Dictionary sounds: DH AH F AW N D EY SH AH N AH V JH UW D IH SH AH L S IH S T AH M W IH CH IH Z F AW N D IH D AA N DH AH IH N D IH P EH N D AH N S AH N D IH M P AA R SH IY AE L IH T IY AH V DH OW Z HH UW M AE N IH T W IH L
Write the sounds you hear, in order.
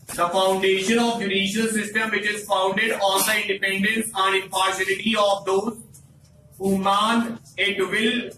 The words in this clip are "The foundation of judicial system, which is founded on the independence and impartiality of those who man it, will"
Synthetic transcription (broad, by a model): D AH F AW N D EY SH AH N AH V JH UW D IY SH AH L S IH S T AH M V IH CH IH Z F AW N D IH D AA N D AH IH N D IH P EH N D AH N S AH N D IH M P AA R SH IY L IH T IY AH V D OW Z HH UW M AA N IH T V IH L